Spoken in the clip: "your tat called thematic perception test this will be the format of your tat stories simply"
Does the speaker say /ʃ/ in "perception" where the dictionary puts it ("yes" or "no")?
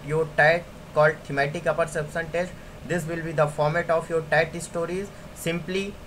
no